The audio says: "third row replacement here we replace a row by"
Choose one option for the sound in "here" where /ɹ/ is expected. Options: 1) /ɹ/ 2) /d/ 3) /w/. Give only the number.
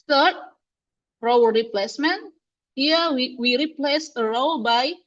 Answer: 3